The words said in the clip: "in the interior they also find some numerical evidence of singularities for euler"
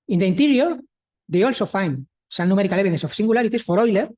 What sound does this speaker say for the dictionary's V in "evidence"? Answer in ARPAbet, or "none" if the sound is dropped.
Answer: none